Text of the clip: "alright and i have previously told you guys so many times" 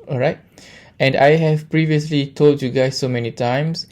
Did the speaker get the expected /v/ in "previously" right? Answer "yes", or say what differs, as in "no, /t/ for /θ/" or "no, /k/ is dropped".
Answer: yes